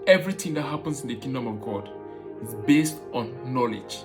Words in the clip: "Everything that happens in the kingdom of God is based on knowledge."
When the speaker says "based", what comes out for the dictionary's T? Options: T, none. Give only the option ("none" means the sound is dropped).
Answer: T